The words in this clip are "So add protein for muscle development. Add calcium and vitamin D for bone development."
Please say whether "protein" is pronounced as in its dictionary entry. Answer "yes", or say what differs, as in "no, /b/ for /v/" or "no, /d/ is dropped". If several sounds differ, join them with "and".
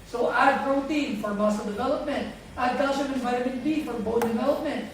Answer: yes